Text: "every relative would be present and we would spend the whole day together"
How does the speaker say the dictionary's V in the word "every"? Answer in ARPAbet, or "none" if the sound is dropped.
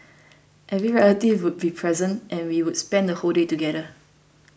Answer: V